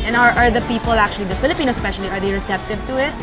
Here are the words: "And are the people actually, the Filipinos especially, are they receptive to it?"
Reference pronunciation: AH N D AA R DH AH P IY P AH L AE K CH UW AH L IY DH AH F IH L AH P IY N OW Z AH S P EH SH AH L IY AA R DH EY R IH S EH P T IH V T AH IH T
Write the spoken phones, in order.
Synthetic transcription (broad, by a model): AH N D AA R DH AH P IY P AH L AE K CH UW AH L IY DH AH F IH L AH P IY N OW AH S P EH SH AH L IY AA R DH EY R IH S EH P T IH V T AH IH T